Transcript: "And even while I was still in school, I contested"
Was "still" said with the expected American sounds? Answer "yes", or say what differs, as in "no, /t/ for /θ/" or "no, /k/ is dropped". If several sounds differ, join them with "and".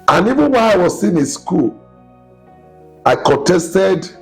no, /n/ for /l/